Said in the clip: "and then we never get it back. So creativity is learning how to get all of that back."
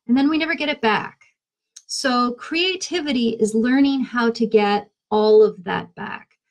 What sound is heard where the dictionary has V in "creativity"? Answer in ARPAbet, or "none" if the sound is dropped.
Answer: V